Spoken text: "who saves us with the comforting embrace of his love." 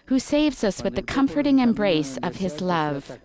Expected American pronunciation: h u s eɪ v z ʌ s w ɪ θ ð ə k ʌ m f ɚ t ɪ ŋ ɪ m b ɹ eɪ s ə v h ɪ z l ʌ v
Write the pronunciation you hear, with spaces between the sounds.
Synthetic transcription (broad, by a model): h u s eɪ v z ʌ s w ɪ ð ə k ʌ m f ɚ t ɪ ŋ ɪ m b ɹ eɪ s ə v ɪ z l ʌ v